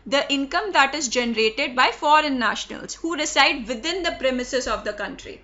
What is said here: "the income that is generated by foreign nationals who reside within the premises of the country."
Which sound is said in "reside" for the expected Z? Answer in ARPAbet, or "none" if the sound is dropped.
S